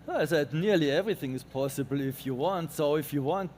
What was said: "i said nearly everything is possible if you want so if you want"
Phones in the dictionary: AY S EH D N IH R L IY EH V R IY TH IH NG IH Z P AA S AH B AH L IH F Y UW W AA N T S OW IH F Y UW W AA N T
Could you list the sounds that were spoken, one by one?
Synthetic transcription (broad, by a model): AY S EH D N IH R L IY EH V R IY TH IH NG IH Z P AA S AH B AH L IH F Y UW W AA N T S OW IH F Y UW W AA N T